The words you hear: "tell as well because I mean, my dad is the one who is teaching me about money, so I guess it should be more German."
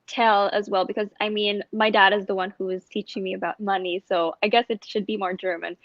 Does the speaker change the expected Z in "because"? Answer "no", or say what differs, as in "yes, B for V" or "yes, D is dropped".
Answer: no